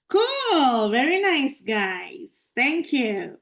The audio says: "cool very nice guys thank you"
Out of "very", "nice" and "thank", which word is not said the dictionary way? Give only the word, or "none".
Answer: thank